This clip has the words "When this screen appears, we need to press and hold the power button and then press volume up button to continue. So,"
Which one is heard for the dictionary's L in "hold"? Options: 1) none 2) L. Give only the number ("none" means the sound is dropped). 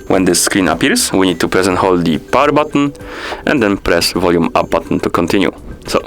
2